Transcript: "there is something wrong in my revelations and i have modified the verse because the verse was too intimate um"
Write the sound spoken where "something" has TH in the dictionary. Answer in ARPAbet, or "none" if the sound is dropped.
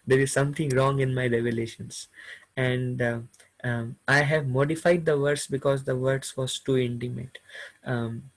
T